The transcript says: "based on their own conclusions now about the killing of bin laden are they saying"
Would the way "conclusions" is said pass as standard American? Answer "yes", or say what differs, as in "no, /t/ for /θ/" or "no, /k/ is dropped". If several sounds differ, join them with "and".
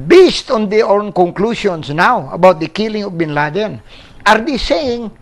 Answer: no, /s/ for /ʒ/ and /s/ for /z/